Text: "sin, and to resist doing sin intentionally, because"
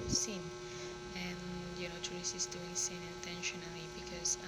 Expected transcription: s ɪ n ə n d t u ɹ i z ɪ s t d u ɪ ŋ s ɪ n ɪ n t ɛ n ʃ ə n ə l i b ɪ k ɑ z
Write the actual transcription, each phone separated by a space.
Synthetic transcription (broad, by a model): s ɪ n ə n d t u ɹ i s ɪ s d u ɪ ŋ s ɪ n ɪ n t ɛ n ʃ ə n ə l i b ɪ k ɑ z